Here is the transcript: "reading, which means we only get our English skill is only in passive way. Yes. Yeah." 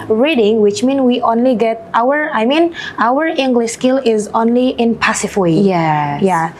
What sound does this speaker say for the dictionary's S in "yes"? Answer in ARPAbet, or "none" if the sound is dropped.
none